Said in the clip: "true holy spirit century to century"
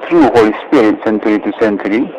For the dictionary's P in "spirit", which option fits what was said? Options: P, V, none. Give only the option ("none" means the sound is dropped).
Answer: P